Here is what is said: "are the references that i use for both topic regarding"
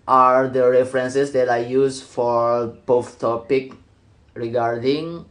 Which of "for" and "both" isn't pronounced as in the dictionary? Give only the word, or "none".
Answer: both